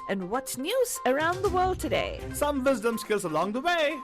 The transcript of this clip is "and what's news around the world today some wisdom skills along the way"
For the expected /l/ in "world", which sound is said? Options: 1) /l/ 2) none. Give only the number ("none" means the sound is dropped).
1